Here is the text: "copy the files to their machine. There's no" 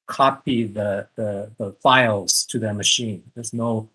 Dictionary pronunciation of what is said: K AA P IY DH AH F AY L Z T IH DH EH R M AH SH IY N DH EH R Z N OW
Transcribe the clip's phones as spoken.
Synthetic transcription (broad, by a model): K AA P IY DH AH F AY L Z T IH DH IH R M AH SH IY N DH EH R Z N OW